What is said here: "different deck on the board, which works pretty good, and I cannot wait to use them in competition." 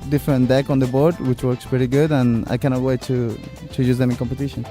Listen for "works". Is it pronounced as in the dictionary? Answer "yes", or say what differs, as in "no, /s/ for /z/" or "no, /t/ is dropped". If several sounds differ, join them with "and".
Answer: yes